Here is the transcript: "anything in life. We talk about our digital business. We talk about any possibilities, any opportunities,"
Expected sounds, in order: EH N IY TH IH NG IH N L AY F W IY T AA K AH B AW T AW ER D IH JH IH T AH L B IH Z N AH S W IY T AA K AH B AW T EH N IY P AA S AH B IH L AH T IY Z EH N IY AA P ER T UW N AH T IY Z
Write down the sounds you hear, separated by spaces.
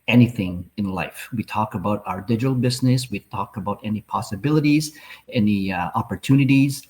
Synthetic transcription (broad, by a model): EH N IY TH IH NG IH N L AY F W IY T AA K AH B AW T AW ER D IH JH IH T L B IH Z N AH S W IY T AA K AH B AW T EH N IY P AA S AH B IH L AH T IY Z EH N IY AA P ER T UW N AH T IY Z